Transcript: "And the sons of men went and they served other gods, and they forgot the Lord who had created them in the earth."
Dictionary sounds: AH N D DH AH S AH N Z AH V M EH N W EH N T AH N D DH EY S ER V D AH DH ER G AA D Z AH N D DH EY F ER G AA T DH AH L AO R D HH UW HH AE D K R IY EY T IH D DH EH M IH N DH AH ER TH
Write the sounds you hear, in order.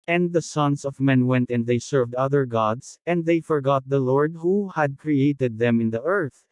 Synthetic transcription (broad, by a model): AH N D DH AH S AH N S AH V M EH N W EH N T AH N D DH EY S ER V D AH DH ER G AA D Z AH N D DH EY F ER G AA T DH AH L AO R D HH UW HH AE D K R IY EY T IH D DH EH M IH N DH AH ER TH